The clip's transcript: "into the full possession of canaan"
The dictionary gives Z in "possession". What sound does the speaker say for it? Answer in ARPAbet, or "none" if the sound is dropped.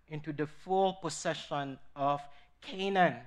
S